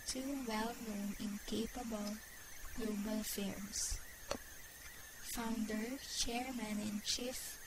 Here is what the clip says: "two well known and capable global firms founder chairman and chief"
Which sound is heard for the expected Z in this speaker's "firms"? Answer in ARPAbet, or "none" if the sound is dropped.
S